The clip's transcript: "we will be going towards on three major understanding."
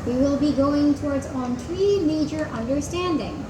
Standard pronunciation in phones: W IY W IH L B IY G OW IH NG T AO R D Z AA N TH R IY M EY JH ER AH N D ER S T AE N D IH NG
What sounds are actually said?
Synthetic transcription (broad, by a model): W IY W IH L B IY G OW IH NG T AO R D Z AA N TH R IY M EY JH ER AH N D ER S T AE N D IH NG